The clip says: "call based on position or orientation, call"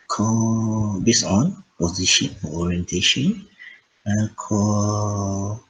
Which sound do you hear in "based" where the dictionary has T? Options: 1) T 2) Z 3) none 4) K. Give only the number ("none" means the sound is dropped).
3